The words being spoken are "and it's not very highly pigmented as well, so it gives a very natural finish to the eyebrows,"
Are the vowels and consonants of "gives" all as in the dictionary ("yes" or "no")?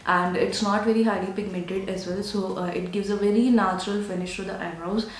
yes